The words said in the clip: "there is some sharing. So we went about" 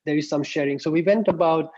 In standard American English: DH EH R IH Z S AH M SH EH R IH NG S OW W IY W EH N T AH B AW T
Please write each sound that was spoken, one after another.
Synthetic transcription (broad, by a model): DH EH R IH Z S AH M SH EH R IH NG S OW W IY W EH N T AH B AW T